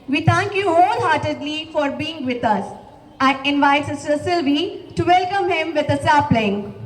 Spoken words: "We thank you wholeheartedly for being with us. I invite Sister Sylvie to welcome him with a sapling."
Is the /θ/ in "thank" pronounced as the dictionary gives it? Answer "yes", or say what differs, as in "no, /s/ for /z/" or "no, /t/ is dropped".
no, /t/ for /θ/